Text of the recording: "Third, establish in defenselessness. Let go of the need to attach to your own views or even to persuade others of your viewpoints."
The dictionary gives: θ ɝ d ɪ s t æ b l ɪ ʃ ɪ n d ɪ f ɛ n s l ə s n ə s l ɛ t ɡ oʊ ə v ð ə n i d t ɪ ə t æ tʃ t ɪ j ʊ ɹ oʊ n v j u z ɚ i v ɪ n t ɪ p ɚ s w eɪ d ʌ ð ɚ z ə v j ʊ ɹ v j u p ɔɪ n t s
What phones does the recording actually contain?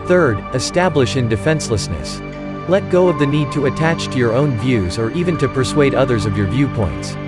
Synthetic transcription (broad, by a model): θ ɝ d ɪ s t æ b l ɪ ʃ ɪ n d ɪ f ɛ n s l ə s n ə s l ɛ t ɡ oʊ ə v ð ə n i d t ɪ ə t æ tʃ t ɪ j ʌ ɹ oʊ n v j u z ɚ i v ɪ n t ɪ p ɚ s w eɪ d ʌ ð ɚ z ə v j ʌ ɹ v j u p ɔɪ n t s